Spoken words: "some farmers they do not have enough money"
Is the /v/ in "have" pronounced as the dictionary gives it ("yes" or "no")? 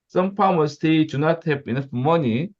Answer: no